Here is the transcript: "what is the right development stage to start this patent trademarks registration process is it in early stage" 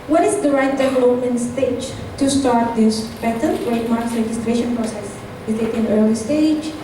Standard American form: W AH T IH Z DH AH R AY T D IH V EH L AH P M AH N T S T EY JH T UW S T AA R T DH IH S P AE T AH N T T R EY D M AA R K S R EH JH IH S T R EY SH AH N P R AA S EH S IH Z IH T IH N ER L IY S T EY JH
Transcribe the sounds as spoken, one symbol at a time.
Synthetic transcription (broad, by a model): W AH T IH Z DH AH R AY T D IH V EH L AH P M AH N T S T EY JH T UW S T AA R T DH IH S B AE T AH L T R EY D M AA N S R EH JH IH S T R EY SH AH N P R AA S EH S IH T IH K IH N ER L IY S T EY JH